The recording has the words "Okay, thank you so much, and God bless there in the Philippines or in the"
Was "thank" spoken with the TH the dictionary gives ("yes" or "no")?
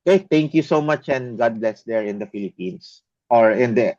no